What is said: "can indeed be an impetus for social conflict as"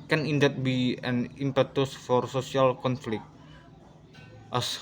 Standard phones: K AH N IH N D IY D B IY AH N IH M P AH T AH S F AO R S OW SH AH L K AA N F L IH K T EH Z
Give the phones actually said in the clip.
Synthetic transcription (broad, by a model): K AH N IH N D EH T B IY AH N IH M P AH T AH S F AO R S OW S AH L K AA N F L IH K T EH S